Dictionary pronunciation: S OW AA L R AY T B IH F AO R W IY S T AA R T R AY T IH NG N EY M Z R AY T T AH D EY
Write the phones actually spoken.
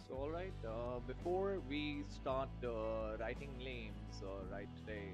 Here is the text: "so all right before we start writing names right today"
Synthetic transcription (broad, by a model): S OW AA L R AY T B IH F AO R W IY S T AA R T R AY T IH NG L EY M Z R AY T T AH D EY